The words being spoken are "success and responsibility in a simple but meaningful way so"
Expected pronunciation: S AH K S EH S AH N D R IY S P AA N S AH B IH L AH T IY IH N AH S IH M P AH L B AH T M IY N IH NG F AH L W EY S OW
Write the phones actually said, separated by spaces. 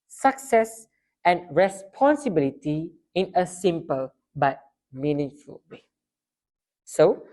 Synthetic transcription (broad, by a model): S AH K S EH S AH N R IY S P AA N S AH B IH L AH T IY IH N AH S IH M P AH L B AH T M IY N IH NG F AH L W EY S OW